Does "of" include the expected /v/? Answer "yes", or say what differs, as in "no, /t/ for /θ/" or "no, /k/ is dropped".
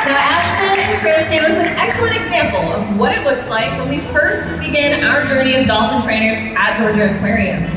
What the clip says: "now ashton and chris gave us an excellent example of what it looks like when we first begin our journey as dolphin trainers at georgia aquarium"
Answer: yes